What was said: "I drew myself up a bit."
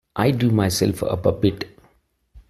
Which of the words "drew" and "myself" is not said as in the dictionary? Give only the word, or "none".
drew